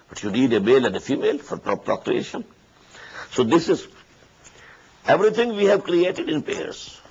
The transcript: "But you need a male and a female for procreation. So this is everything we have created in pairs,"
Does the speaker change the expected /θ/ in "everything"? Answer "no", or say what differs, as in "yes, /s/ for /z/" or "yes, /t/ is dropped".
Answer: yes, /t/ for /θ/